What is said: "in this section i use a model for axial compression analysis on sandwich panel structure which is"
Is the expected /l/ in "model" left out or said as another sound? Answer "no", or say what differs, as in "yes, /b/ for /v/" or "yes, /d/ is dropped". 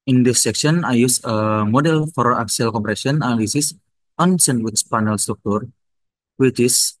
no